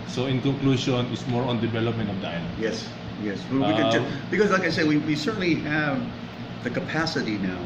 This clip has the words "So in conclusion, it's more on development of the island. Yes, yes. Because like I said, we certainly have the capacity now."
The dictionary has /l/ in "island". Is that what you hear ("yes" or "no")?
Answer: no